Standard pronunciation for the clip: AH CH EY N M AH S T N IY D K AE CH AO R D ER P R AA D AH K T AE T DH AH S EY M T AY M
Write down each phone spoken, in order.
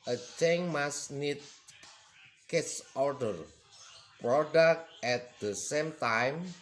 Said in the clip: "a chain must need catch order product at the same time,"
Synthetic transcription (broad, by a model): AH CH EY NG M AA S N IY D K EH S AO R D ER P R AA D AH K T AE T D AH S EY M T AY M